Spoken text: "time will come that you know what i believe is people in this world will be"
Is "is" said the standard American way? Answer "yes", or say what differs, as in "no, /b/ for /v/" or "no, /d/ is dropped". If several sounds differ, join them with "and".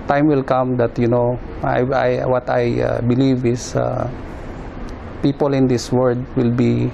no, /s/ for /z/